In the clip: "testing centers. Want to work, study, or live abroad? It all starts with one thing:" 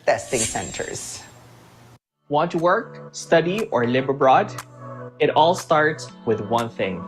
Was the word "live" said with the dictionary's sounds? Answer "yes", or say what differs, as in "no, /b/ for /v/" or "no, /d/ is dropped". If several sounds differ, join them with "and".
no, /b/ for /v/